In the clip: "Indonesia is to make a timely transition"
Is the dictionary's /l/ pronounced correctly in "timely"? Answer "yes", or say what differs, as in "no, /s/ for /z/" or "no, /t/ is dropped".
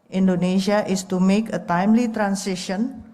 yes